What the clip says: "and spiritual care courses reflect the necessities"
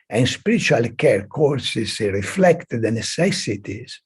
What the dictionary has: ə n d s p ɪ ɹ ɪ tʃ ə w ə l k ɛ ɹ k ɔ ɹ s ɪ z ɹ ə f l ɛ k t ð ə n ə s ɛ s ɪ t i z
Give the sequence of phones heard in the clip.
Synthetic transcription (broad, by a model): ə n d s p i ɹ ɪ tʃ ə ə l k ɛ ɹ k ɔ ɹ s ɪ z ɹ ə f l ɛ k t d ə n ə s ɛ s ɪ t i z